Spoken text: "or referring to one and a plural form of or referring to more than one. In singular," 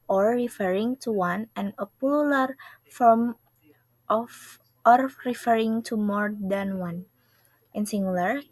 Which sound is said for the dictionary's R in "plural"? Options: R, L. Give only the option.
L